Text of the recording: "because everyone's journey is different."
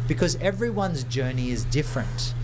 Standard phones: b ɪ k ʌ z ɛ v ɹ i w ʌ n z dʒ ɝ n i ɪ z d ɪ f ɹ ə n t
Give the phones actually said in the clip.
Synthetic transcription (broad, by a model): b ɪ k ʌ z ɛ v ɹ i w ʌ n z dʒ ɝ n i ɪ z d ɪ f ɹ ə n t